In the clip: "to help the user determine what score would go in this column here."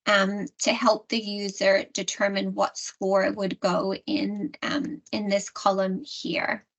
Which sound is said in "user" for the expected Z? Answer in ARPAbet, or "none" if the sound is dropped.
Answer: Z